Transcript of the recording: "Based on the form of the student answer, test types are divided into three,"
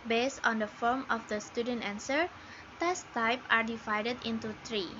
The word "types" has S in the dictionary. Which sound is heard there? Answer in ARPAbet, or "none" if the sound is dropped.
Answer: none